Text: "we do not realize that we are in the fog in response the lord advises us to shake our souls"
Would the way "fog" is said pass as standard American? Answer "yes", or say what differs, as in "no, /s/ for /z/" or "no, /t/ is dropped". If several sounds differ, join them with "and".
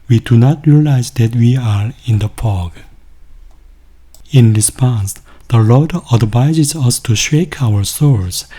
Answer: no, /p/ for /f/